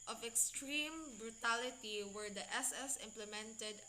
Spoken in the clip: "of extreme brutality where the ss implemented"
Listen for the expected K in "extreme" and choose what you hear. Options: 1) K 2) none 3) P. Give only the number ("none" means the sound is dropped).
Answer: 1